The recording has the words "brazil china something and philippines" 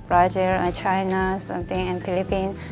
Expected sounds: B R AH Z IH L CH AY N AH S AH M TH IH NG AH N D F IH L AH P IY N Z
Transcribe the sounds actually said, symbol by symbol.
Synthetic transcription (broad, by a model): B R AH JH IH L CH AY N AH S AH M T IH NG AH N D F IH L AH P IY N